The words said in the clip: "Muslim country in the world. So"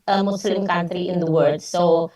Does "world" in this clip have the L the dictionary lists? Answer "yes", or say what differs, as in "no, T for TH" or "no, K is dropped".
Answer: no, L is dropped